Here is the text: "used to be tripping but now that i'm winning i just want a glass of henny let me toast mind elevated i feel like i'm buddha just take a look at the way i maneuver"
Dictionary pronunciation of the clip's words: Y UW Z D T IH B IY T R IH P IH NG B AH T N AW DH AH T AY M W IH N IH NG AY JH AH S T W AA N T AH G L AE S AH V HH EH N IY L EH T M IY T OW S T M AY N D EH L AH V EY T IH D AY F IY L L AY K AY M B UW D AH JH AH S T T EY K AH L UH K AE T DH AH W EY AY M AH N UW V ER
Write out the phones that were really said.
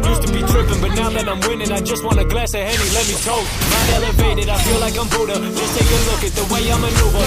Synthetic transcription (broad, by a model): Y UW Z T IH B IY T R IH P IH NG B AH T N AW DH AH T AY M W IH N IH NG AY JH AH S T W AA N AH G L AE S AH HH EH N IY L EH T M IY T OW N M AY D EH L AH V EY T IH D AY F IY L L AY K AY M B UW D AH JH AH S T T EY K AH L UH K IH T DH AH W EY AY M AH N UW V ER